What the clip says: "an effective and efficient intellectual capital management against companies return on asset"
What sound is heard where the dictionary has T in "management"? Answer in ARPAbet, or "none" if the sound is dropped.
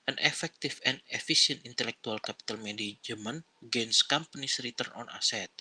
none